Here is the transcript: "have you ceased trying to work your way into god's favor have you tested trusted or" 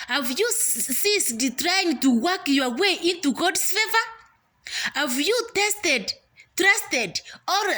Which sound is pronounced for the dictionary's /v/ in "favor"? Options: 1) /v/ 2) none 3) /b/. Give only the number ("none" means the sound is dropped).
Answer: 1